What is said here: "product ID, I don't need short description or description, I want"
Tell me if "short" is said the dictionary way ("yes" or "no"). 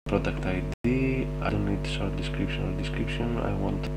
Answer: no